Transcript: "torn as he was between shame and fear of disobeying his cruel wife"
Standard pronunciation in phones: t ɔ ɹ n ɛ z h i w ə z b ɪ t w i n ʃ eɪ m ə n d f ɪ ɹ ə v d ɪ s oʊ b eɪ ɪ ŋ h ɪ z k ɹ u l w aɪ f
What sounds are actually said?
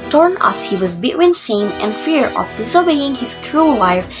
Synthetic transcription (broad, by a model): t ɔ ɹ n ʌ s h i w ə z b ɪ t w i n s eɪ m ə n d f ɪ ɹ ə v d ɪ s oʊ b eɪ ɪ ŋ h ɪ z k ɹ u l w aɪ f